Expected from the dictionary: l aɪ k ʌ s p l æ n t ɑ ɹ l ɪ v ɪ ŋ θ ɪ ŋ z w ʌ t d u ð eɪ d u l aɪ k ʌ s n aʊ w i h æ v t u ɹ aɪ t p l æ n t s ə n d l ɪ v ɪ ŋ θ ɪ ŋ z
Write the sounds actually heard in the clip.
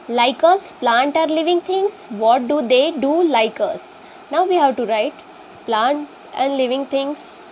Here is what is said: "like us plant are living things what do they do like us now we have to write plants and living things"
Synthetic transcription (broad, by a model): l aɪ k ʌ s p l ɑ n t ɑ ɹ l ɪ v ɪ ŋ t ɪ ŋ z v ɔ t d u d eɪ d u l aɪ k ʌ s n aʊ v i h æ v t u ɹ aɪ t p l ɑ n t ə n d l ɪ v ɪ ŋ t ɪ ŋ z